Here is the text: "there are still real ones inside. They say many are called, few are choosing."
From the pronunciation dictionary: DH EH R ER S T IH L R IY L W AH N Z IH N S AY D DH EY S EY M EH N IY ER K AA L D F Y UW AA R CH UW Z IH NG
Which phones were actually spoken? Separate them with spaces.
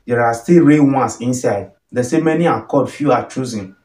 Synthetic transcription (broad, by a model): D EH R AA S T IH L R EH W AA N S IH N S AY D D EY S EY M EH N IY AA K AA D F Y UW AA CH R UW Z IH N